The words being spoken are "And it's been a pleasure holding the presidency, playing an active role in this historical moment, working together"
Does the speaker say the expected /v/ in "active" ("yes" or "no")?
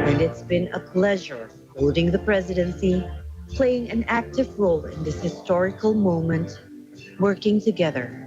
yes